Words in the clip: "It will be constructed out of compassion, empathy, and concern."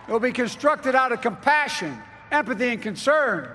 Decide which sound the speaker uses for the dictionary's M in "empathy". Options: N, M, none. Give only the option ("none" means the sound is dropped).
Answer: M